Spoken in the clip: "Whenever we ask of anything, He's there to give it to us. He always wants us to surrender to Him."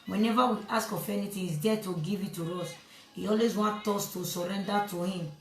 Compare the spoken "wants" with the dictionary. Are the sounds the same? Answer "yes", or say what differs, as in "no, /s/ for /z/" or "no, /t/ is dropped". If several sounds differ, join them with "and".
no, /s/ is dropped